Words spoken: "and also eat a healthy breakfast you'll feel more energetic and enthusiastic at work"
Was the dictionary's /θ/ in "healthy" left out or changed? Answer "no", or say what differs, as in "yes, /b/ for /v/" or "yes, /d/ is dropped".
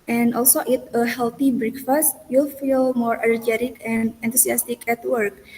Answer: yes, /t/ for /θ/